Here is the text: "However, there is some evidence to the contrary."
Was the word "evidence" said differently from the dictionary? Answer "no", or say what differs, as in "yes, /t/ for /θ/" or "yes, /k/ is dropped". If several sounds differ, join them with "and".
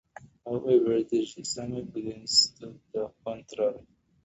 yes, /b/ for /v/